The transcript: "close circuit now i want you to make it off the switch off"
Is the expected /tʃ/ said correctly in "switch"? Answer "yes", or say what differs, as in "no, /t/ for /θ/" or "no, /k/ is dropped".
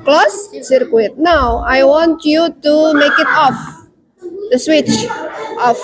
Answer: yes